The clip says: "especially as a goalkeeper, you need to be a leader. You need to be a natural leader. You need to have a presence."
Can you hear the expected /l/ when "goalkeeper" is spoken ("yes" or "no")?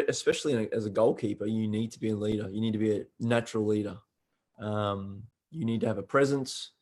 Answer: yes